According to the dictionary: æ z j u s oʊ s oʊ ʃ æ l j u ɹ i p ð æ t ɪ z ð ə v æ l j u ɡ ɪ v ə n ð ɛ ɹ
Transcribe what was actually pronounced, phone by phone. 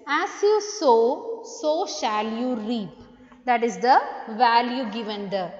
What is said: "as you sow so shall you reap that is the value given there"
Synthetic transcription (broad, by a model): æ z j u s oʊ s oʊ ʃ æ l j u ɹ i p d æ t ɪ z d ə v æ l j u ɡ ɪ v ə n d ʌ